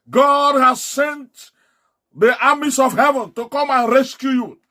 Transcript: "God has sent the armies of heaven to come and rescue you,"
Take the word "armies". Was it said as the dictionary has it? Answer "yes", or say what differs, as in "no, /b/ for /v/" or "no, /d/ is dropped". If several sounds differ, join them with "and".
no, /s/ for /z/